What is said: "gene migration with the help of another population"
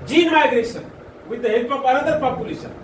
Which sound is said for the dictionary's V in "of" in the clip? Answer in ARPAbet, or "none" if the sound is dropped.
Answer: P